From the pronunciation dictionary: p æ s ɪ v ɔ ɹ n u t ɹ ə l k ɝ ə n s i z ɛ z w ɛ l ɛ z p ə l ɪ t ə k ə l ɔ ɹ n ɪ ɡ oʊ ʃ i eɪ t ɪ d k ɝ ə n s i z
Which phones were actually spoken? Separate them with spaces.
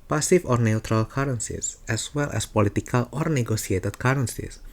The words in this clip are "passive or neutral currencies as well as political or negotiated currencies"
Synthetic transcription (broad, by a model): p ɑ s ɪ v ɔ ɹ n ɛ t ɹ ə l k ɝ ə n s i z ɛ s w ɛ l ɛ s p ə l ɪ t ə k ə l ɔ ɹ n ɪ ɡ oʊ s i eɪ t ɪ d k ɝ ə n s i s